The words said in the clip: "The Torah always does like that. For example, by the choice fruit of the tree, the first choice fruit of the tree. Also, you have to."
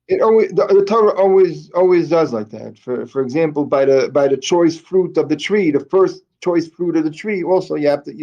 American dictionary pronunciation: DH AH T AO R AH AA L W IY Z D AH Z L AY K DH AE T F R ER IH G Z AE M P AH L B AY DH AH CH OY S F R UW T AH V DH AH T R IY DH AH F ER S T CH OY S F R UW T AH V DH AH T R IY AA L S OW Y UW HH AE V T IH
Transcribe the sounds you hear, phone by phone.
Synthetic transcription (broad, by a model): DH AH T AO R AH AA L W IY Z D AH Z L AY K DH AE T F R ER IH G Z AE M P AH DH B AY DH AH CH OY S F R UW T AH V DH AH T R IY DH AH F ER S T CH OY S F R UW T AH V DH AH T R IY AA L S OW Y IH HH AE F T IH